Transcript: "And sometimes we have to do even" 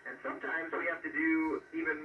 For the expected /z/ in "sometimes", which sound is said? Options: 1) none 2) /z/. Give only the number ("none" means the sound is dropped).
2